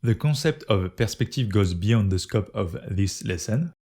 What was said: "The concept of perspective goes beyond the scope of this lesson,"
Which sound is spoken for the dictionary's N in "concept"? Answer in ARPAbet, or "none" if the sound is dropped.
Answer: none